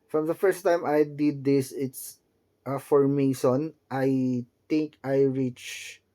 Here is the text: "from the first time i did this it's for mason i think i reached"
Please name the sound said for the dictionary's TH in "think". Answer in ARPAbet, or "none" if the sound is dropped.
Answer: T